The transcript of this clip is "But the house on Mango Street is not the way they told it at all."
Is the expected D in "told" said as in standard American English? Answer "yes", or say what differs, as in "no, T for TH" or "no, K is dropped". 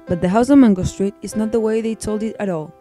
yes